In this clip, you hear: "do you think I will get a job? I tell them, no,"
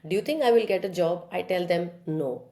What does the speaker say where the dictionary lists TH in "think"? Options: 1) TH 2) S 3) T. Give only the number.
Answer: 3